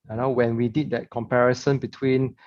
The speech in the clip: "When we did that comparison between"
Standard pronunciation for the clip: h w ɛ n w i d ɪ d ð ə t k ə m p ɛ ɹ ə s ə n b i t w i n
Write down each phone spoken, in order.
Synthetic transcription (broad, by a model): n w ɛ n w i d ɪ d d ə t k ə m p ɛ ɹ ə s ə n b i t w i n